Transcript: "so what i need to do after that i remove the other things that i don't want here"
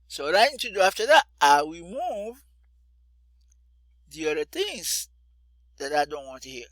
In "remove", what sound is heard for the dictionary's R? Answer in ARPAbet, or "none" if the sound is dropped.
W